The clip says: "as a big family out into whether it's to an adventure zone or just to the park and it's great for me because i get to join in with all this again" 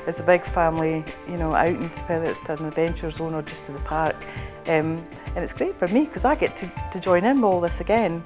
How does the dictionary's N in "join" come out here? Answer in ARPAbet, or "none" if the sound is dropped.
none